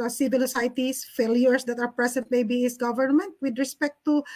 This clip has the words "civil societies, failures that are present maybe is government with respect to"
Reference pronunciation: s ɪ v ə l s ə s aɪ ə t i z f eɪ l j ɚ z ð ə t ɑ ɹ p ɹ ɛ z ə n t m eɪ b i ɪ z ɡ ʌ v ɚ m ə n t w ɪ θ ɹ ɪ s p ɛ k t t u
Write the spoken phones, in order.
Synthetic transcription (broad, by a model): s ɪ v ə l s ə s aɪ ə t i s f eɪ l j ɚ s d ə t ɑ ɹ p ɹ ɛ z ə n t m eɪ b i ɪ s ɡ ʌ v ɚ m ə n t w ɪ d ɹ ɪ s p ɛ k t t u